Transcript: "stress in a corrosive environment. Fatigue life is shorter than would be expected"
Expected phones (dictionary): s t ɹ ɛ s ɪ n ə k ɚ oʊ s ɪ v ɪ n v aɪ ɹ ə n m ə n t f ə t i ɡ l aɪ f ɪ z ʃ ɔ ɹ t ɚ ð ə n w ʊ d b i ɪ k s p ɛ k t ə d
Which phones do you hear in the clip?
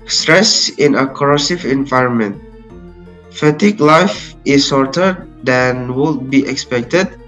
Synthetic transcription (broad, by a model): s t ɹ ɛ s ɪ n ə k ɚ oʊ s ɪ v ɪ n v aɪ ɹ ə n m ə n t f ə t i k l aɪ f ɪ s ɔ ɹ t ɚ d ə n w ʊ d b i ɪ k s p ɛ k t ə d